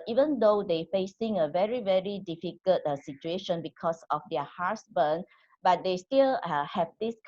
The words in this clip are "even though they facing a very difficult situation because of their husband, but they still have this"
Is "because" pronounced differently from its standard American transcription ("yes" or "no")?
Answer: yes